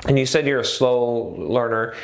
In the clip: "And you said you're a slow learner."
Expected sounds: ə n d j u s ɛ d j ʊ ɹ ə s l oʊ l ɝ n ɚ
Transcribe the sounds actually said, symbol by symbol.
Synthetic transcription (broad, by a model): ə n j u s ɛ d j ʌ ɹ ə s l oʊ l ɝ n ɚ